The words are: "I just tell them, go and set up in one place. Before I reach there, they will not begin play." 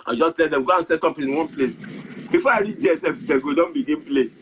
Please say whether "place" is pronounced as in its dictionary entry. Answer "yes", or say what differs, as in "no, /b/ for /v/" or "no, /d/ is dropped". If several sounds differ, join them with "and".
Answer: yes